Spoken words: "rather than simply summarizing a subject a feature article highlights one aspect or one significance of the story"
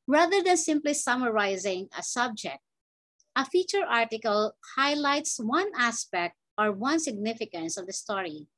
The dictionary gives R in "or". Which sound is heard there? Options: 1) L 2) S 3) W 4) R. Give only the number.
4